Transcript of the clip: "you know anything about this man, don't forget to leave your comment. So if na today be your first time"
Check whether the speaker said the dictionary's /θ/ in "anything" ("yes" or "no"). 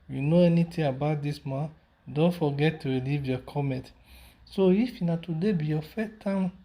no